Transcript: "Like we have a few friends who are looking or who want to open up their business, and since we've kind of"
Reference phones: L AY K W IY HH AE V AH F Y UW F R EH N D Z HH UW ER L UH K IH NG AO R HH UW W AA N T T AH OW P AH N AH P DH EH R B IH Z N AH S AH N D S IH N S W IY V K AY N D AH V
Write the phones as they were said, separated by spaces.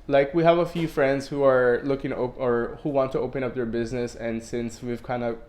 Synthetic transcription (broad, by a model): L AY K W IY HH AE V AH F Y UW F R EH N D Z HH UW ER L UH K IH NG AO R HH UW W AA N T T AH OW P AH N AH P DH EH R B IH Z N AH S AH N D S IH N S W IY V K AY N D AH